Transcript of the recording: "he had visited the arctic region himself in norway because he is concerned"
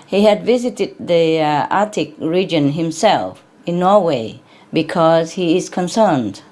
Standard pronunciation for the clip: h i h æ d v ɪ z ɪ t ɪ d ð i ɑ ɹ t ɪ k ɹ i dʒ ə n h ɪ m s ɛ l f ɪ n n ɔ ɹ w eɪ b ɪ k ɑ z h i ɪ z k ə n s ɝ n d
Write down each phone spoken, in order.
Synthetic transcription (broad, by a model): h i h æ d v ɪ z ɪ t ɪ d ð i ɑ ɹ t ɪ k ɹ i dʒ ə n h ɪ m s ɛ l f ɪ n n ɔ ɹ w eɪ b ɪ k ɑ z h i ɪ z k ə n s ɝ n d